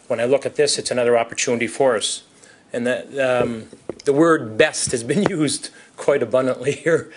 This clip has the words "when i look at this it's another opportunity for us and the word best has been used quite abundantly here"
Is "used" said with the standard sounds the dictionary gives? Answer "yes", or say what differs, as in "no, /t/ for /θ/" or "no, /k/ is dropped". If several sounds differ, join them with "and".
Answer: yes